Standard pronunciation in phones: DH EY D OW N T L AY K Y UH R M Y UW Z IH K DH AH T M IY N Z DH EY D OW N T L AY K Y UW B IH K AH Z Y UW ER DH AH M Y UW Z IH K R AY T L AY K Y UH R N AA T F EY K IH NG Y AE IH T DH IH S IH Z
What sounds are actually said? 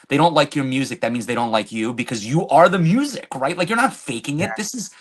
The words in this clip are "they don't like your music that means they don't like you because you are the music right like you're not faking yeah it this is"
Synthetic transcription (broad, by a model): DH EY D OW N T L AY K Y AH R M Y UW Z IH K DH AH T M IY N Z DH EY D OW N T L AY K Y UW B IH K AH Z Y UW ER DH AH M Y UW Z IH K R AY T L AY K Y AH R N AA T F EY K IH NG IH T DH IH S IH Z